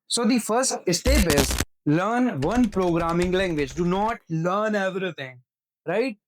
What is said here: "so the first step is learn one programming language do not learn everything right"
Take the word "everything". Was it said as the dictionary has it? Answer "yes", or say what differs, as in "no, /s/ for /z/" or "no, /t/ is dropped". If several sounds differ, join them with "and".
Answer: no, /t/ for /θ/